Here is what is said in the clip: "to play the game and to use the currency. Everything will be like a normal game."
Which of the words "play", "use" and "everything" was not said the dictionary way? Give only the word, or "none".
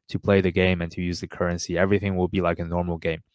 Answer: none